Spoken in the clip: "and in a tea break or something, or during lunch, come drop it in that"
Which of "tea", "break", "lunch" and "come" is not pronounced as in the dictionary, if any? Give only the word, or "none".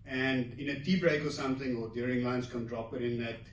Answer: lunch